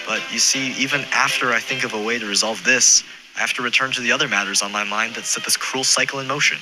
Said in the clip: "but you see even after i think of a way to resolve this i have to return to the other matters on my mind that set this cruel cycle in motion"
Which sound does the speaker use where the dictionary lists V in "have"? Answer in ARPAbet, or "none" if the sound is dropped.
F